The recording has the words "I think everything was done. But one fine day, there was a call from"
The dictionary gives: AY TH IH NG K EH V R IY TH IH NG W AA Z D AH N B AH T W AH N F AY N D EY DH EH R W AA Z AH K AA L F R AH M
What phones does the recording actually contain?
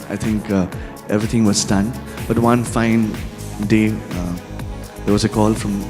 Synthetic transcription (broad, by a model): AY T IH NG K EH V R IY T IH NG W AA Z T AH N B AH T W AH N F AY N D EY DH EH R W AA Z AH K AA L F R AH M